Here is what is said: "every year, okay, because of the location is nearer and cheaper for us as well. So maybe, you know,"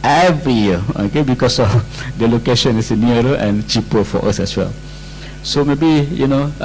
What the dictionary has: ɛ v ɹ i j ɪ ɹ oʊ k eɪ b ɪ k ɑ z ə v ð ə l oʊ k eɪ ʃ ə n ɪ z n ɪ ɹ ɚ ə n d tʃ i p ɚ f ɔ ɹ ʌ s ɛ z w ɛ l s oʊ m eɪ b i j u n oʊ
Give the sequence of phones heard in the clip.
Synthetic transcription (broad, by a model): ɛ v ɹ i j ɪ oʊ k eɪ b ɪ k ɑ s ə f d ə l oʊ k eɪ ʃ ə n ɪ s n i ɚ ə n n tʃ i p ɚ f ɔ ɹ ʌ s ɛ s w ɛ l s oʊ m eɪ b i j u n oʊ